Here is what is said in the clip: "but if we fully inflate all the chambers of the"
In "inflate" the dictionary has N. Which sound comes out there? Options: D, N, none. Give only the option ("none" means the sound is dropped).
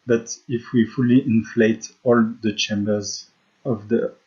N